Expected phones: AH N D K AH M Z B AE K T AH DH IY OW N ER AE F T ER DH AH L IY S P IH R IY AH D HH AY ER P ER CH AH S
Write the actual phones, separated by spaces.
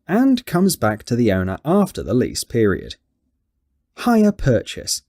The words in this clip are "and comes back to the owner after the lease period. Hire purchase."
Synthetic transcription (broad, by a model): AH N K AH M Z B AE K T AH DH IY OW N ER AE F T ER DH AH L IY S P IH R IY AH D HH AY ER P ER CH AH S